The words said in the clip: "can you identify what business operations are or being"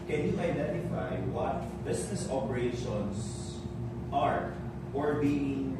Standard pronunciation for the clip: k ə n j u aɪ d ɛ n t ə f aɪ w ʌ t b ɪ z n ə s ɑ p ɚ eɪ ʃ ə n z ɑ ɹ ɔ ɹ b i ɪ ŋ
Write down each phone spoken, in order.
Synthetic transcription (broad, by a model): k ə n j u aɪ d ɛ n t ə f aɪ w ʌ t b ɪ s n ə s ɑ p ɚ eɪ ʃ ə n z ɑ ɹ ɔ ɹ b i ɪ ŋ